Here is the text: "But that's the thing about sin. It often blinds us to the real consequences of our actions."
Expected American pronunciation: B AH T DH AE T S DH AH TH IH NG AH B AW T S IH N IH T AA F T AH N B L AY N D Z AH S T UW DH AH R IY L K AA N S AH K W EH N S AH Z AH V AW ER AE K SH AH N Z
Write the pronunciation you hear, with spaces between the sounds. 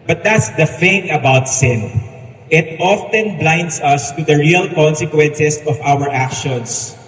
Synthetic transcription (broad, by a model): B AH T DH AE T S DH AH F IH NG AH B AW T S IH N IH T AA F T AH N B L AY N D S AH S T UW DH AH R IY L K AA N S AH K W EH N S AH S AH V AW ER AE K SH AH N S